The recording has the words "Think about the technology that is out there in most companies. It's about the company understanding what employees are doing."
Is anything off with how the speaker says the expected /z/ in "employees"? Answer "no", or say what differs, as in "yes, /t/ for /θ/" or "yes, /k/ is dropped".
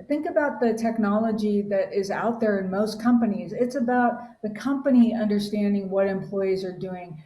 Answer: no